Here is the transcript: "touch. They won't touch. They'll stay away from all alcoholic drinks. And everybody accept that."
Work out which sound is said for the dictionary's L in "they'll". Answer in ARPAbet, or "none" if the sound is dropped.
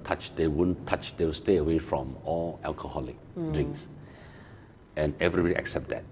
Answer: W